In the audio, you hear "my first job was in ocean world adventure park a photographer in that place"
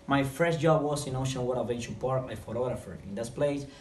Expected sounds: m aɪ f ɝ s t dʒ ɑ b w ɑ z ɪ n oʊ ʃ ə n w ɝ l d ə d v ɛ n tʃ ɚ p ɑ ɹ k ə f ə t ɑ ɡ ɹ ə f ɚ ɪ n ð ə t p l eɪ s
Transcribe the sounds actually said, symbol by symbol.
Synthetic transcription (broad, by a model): m aɪ f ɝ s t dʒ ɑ b w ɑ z ɪ n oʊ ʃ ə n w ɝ d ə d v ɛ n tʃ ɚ p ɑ ɹ ə f ə t ɑ ɡ ɹ ə f ɚ ɪ n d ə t p l eɪ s